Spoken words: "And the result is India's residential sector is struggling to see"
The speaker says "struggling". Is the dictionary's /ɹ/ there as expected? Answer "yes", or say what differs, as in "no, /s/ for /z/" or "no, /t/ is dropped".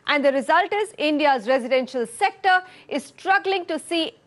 yes